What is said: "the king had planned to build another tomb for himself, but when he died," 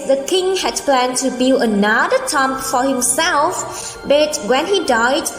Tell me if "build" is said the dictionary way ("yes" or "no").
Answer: no